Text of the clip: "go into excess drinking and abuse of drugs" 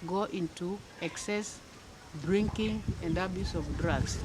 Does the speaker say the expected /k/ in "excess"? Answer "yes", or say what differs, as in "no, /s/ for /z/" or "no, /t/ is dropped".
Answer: yes